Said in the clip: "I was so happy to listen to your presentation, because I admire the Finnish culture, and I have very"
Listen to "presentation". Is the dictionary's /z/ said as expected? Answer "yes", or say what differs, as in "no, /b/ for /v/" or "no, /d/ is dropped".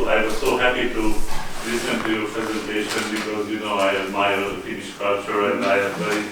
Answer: yes